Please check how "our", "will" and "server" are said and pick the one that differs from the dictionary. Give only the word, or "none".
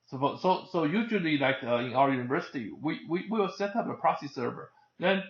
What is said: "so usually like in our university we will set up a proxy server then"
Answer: will